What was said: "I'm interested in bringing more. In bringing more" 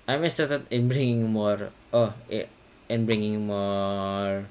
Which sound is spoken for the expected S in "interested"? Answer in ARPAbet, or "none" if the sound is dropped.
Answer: none